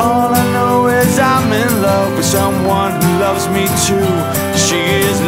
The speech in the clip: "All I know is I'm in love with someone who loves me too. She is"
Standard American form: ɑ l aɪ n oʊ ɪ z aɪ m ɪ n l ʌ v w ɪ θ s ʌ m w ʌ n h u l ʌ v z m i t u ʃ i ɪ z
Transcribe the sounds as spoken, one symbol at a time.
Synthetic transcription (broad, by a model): ɑ l aɪ n oʊ ɪ z aɪ m ɪ n l ʌ v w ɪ s ʌ m w ʌ n h u l ʌ v z m i t u ʃ i ɪ z